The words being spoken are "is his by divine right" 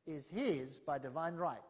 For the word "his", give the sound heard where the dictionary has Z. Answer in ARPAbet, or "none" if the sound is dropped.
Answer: Z